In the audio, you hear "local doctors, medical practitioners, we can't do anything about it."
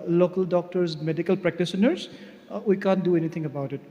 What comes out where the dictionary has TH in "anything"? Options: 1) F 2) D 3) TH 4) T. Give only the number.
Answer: 4